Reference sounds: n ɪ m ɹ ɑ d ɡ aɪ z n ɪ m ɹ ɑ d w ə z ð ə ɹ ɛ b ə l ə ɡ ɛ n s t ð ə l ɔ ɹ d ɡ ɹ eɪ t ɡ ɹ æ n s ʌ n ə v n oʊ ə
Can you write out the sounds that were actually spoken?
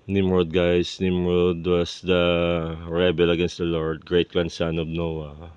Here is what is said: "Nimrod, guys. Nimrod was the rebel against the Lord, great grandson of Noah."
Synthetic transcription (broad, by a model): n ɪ m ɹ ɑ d ɡ aɪ s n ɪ m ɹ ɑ d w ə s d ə ɹ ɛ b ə l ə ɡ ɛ n s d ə l ɔ ɹ d ɡ ɹ eɪ t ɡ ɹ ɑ n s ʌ n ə b n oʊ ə